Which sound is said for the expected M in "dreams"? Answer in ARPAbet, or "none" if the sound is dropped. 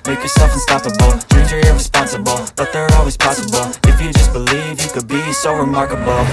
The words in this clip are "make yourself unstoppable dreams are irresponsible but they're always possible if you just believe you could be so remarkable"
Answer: none